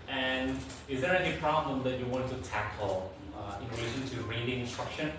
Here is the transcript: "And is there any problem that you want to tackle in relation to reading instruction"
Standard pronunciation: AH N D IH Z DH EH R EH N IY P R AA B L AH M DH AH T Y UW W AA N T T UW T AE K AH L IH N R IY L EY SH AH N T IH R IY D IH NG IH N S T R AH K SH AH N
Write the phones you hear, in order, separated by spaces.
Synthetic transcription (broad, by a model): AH N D IH Z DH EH R EH N IY P R AA B L AH M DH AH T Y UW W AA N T T UW T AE K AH L IH N R IY L EY SH AH N T IH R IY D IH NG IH N S T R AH K SH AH N